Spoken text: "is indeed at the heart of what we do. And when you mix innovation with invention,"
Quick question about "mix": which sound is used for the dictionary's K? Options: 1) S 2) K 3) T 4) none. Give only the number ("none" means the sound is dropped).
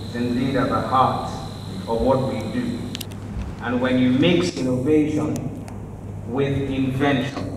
2